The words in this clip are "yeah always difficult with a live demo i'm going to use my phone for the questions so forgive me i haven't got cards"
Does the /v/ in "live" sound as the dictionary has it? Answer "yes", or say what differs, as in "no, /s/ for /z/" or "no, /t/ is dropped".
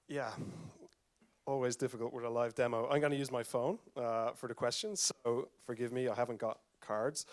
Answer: yes